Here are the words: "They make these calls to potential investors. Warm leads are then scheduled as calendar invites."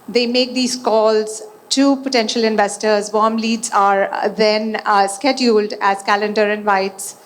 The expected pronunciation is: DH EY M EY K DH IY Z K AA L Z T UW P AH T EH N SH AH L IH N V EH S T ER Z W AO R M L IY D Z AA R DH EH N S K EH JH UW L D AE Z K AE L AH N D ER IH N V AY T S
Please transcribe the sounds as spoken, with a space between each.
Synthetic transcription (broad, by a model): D EY M EY K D IY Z K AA L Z T UW P AH T EH N SH AH L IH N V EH S T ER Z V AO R M L IY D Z AA R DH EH N S K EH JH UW L D AE Z K AE L AH N D ER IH N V AY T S